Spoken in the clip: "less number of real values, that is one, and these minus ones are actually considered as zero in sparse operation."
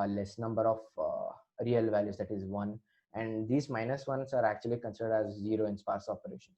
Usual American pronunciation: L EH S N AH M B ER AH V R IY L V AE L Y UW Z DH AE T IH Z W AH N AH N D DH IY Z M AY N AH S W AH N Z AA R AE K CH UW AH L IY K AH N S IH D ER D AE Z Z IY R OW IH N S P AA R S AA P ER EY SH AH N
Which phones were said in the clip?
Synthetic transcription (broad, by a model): L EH S N AH M B ER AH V R IY L V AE L Y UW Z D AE T IH Z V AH N AH N D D IY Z M AY N AH S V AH N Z AA R AE K CH UW AH L IY K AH N S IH D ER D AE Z Z IY R OW IH N S P AA R S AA P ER EY SH AH N